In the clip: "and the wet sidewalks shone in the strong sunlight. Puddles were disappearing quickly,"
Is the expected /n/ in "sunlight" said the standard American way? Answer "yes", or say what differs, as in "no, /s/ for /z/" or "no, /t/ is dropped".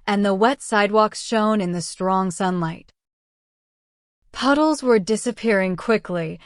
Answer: yes